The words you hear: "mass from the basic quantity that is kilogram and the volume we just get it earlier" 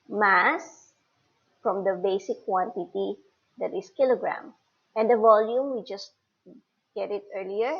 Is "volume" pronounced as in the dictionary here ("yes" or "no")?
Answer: yes